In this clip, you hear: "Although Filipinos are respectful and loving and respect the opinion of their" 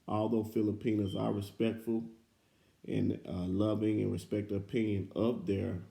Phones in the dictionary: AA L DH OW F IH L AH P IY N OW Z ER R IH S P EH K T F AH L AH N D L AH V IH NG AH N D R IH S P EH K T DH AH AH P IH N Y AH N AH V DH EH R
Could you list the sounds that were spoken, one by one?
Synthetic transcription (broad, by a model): AA L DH OW F IH L AH P IY N OW Z ER R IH S P EH K T F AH L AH N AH L AH V IH NG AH N R IH S P EH K T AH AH P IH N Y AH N AH P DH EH R